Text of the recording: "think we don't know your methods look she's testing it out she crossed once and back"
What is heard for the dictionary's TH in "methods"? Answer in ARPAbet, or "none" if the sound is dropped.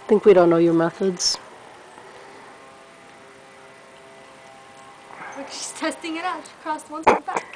TH